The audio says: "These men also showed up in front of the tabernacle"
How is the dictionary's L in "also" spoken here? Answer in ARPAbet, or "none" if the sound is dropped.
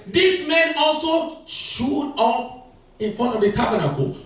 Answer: L